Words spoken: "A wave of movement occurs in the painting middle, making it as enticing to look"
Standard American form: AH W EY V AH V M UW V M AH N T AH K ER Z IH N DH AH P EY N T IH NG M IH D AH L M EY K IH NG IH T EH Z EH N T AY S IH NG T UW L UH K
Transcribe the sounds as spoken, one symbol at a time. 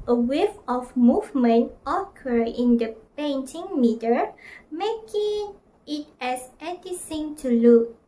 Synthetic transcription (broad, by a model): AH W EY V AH F M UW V M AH N T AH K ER IH N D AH P EY N T IH NG M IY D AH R M EY K IH NG IH T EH S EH T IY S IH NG T UW L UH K